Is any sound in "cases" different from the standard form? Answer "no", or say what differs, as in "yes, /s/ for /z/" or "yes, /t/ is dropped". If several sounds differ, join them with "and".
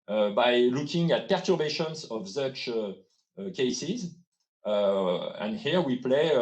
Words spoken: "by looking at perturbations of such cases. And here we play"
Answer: no